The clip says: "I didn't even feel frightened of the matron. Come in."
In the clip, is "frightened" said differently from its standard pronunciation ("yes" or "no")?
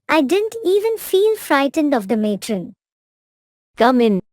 no